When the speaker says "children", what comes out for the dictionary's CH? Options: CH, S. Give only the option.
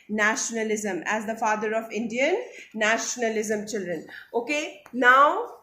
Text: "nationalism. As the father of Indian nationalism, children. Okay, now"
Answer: CH